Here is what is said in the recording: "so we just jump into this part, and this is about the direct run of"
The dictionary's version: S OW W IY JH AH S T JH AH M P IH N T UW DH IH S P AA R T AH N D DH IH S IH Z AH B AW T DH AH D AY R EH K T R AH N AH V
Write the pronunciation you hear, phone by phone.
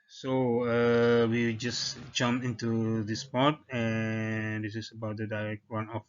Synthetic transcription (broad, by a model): S OW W IY JH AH S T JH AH M IH N T UW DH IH S P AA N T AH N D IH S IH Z AH B AW T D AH D AY R EH K T W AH N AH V